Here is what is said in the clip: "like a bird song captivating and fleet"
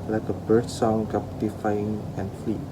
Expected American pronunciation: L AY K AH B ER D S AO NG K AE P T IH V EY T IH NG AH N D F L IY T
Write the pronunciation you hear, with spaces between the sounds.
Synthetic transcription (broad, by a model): L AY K AH B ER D S AO NG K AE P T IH F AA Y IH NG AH N F L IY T